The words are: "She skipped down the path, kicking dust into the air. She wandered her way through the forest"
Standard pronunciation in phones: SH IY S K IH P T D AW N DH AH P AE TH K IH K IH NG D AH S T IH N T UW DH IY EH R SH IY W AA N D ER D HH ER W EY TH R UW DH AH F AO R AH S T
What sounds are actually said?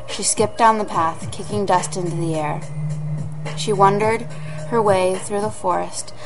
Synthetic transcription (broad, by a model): SH IY S K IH P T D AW N DH AH P AE TH K IH K IH NG D AH S T IH N T UW DH IY EH R SH IY W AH N D ER D HH ER W EY TH R UW DH AH F AO R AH S T